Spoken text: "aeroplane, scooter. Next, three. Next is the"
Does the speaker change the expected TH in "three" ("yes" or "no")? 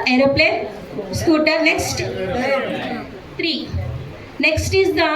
yes